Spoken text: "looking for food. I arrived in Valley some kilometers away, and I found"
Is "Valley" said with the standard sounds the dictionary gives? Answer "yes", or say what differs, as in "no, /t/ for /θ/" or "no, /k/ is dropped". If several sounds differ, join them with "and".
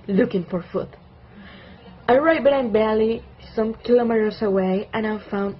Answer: no, /b/ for /v/